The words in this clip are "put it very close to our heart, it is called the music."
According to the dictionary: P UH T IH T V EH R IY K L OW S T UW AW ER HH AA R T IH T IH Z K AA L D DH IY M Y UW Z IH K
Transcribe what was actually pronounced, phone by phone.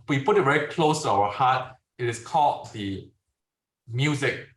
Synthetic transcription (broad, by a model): P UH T IH T V EH R IY K L OW S T UW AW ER HH AA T IH T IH S K AA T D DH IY M Y UW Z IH K